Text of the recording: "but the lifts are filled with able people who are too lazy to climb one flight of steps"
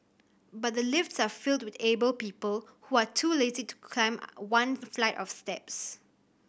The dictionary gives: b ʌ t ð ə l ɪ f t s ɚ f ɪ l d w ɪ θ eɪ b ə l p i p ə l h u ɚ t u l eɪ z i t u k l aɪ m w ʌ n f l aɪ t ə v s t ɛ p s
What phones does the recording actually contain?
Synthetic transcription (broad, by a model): b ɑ t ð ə l ɪ f t s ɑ f ɪ l d w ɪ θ eɪ b ə l p i p ə l h u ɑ t u l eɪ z i t u k l aɪ m w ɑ n f l aɪ t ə f s t ɛ p s